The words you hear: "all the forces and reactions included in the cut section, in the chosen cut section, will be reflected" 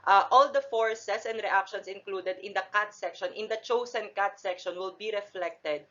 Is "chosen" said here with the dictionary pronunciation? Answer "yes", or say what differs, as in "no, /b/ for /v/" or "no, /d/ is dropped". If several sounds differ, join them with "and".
no, /s/ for /z/